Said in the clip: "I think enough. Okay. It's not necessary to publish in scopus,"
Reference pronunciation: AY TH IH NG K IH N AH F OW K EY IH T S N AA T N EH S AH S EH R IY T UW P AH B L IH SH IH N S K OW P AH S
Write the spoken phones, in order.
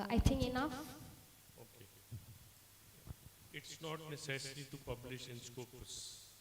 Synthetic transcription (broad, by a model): AY T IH NG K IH N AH F OW K EY IH T S N AA T N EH S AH S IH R IY T UW P AH B L IH SH IH N S K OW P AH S